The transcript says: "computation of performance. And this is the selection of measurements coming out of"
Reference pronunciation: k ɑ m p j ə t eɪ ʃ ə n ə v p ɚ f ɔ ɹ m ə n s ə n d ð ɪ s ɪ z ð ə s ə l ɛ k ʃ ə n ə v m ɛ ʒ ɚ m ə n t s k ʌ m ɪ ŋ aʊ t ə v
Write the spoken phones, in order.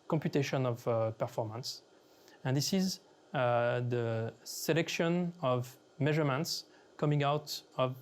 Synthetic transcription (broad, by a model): k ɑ m p j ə t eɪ ʃ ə n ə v p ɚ f ɔ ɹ m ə n s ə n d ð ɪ s ɪ z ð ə s ə l ɛ k ʃ ə n ə v m ɛ ʒ ɚ m ə n t s k ʌ m ɪ ŋ aʊ t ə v